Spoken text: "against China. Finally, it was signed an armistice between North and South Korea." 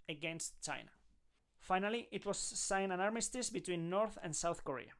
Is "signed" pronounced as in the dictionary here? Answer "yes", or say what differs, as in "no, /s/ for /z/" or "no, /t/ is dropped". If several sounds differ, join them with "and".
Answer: no, /d/ is dropped